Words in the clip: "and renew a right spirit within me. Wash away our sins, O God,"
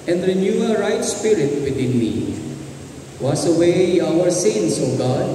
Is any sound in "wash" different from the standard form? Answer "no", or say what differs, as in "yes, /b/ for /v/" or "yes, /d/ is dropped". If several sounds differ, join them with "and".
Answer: yes, /s/ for /ʃ/